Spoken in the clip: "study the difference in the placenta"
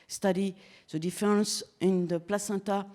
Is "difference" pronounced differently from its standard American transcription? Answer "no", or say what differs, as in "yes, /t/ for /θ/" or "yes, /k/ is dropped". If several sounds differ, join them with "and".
yes, /ɹ/ is dropped